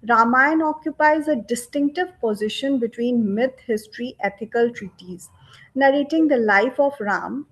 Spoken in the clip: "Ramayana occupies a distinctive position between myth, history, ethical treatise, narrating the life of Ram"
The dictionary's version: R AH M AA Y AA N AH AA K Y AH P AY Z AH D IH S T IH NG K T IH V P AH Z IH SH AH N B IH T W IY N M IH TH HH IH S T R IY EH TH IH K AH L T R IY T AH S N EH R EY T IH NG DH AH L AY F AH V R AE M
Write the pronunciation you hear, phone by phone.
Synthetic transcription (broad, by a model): R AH M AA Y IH N AA K Y AH P AY Z AH D IH S T IH NG K T IH V P AH Z IH SH AH N B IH T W IY N M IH T HH IH S T R IY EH T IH K AH L T R IY T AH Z N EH R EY T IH NG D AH L AY F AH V R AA M